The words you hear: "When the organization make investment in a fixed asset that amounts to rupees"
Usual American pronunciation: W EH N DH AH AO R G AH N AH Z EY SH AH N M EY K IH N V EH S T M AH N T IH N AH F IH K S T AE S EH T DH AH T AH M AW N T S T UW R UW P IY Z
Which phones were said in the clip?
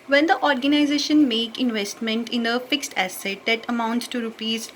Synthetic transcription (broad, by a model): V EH N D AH AO R G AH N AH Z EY SH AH N M EY K IH N V EH S T M AH N T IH N AH F IH K S T AE S EH T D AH T AH M AW N T S T UW R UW P IY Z